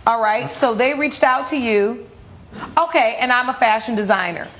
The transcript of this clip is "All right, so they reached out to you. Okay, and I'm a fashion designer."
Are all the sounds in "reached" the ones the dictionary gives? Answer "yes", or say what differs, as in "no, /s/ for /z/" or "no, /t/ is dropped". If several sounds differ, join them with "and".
yes